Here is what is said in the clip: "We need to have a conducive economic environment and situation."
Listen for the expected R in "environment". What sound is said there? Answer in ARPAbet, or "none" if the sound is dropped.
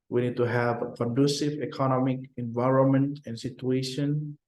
R